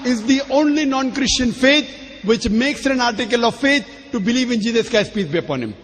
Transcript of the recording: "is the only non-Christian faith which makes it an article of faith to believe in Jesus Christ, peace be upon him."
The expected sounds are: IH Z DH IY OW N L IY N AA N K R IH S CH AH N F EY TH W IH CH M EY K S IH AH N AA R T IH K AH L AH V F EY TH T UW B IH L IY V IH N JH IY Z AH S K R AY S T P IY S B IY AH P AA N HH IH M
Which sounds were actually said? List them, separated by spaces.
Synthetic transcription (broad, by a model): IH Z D IY OW N L IY N AA N K R IH S CH AH N F EY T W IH CH M EY K S IH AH N AA R T IH K AH L AH V F EY T T UW B IH L IY V IH N JH IY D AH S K AY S P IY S B IY AH P AA N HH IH M